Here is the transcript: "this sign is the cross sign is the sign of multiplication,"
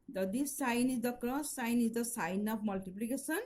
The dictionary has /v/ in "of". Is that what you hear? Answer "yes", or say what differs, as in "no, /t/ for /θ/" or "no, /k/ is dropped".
no, /p/ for /v/